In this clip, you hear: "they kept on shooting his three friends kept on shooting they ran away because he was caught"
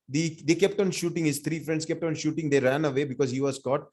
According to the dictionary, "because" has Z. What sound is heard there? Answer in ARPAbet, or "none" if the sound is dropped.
Z